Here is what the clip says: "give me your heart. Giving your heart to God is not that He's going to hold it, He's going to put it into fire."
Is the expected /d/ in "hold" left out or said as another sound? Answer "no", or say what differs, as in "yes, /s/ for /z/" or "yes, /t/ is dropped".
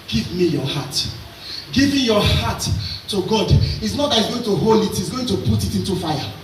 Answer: yes, /d/ is dropped